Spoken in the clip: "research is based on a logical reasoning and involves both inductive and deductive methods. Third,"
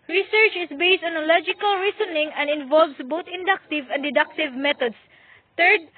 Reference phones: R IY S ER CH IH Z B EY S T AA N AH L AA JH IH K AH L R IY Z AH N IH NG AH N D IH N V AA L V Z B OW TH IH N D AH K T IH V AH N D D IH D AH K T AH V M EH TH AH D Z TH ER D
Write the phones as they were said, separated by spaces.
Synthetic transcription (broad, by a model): R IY S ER CH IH S B EY S T AA N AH L AA JH IH K AH L R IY S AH N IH NG AH N D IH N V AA L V S B OW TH IH N D AH K T IH V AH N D D IH D AH K T AH V M EH T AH D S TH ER D